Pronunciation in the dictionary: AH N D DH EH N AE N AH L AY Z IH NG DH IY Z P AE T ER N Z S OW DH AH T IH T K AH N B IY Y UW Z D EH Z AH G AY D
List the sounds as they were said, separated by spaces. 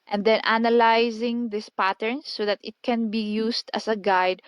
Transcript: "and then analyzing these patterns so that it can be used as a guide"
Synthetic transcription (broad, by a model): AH N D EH N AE N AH L AY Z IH NG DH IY S P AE T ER N S OW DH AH T IH T K AH N B IY Y UW S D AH S AH G AY D